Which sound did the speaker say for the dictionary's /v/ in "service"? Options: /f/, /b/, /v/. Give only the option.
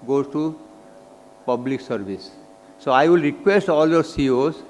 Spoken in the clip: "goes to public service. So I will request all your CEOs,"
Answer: /b/